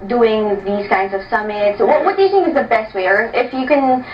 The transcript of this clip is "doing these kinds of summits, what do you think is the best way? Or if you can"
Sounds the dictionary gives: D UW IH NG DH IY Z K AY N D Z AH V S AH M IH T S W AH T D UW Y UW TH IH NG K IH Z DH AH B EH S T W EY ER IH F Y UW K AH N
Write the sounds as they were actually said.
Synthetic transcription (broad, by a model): D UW IH NG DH IY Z K AY N D Z AH V S AH M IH T S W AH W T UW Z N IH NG IH Z DH AH B EH S T W EY ER IH F Y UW K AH N